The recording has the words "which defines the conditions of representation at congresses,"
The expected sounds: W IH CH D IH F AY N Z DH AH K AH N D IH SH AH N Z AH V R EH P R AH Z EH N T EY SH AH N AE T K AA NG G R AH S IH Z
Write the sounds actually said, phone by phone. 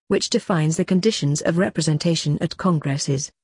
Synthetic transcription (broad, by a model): W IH CH D IH F AY N Z DH AH K AH N D IH SH AH N Z AH V R EH P R AH Z EH N T EY SH AH N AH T K AA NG G R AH S IH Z